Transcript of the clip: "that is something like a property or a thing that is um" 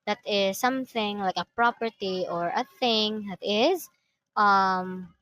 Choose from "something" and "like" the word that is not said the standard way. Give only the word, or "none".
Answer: none